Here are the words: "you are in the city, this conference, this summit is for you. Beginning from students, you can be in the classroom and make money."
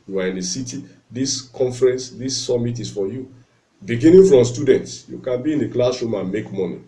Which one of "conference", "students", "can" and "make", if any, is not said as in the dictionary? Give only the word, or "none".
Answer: none